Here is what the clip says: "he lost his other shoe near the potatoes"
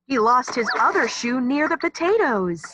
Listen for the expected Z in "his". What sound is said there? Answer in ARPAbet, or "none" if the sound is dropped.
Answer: Z